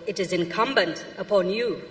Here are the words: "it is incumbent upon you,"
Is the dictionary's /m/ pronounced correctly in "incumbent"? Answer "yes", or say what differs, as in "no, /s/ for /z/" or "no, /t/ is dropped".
yes